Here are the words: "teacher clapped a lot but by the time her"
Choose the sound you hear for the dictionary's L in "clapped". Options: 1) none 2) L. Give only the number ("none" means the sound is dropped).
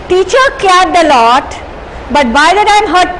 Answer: 1